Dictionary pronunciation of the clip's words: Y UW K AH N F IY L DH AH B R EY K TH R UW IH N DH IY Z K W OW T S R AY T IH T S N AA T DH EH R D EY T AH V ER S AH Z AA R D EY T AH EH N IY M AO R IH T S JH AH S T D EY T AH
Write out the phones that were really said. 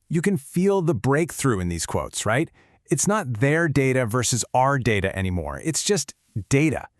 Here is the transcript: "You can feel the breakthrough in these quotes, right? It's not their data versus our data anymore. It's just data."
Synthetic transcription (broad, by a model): Y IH K AH N F IY L DH AH B R EY K TH R UW IH N DH IY Z K W OW T S R AY T IH T S N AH T DH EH R D EY T AH V ER S AH Z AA R D EY T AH EH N IY M AO R IH T S JH AH S T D EY T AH